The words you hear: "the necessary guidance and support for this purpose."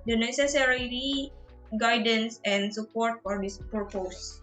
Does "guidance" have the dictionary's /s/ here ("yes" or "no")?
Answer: yes